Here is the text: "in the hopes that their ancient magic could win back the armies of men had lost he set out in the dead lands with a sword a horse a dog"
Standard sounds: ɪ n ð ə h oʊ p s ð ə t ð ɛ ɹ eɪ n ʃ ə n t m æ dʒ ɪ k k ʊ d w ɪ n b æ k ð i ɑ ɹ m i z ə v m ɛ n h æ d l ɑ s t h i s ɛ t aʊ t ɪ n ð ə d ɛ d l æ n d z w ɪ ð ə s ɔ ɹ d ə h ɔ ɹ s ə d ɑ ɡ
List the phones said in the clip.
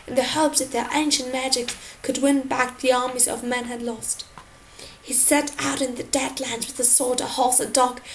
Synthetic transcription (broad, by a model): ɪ n ð ə h oʊ p ð ə t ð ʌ ɹ eɪ n ʃ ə n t m æ dʒ ɪ k k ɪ d w ɪ n b æ k ð i ɑ ɹ m i z ə v m ɛ n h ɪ d l ɑ s t h i s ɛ t aʊ t ɪ n ð ə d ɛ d l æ n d w ɪ ð ə s ɔ ɹ d ə h ɔ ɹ s ə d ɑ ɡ